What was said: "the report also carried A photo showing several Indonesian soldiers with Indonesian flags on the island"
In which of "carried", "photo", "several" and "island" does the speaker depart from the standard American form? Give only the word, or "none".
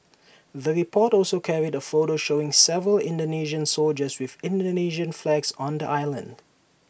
none